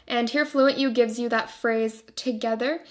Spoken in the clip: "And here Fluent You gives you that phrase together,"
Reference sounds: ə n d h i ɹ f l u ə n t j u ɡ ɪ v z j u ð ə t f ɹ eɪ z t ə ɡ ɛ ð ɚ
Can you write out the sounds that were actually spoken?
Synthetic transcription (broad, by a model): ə n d h i ɹ f l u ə n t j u ɡ ɪ v z j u ð ə t f ɹ eɪ z t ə ɡ ɛ ð ɚ